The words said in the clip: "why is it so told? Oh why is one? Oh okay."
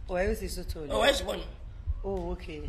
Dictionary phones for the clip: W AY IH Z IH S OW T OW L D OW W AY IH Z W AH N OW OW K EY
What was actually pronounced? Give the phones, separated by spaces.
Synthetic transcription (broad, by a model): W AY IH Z IH S OW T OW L OW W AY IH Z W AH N OW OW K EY